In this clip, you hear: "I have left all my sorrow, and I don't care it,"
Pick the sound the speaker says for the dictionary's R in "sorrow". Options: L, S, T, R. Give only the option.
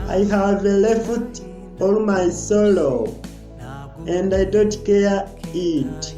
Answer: L